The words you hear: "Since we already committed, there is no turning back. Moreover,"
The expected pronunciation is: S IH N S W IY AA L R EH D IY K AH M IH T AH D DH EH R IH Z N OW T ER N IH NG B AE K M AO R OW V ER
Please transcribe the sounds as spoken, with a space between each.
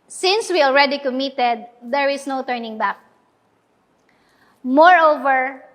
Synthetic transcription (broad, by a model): S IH N S W IY AA L R EH D IY K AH M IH T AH D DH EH R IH S N OW T ER N IH NG B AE K M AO R OW V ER